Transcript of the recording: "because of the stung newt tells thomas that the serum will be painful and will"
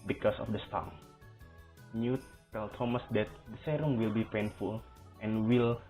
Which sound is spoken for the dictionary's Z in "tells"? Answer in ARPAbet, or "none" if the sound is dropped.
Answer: none